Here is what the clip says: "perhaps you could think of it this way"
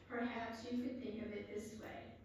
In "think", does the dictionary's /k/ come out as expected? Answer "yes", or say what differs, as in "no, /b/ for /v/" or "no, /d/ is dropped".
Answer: yes